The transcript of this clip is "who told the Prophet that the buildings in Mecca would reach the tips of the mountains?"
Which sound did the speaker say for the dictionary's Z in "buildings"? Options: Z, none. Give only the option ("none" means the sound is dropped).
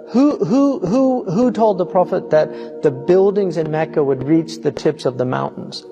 Z